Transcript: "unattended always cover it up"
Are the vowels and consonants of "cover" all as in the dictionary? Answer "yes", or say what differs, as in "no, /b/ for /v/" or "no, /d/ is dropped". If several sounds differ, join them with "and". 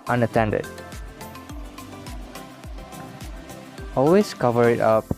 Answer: yes